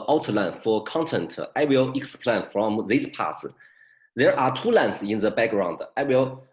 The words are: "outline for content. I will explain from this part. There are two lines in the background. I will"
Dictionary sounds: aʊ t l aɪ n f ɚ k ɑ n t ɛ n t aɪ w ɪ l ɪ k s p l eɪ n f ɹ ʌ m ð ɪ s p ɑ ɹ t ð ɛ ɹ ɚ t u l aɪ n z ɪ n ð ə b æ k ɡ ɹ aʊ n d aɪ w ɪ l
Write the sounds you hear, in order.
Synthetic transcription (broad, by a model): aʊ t l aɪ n f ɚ k ɑ n t ɛ n t aɪ w ɪ l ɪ k s p l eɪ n f ɹ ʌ m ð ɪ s p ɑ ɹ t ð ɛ ɹ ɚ t u l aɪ n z ɪ n ð ə b æ k ɡ ɹ aʊ n d aɪ w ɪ l